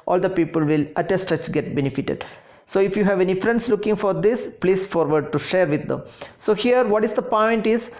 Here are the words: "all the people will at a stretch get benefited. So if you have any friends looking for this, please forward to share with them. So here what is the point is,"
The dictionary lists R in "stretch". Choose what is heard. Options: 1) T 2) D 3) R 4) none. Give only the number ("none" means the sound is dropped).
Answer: 4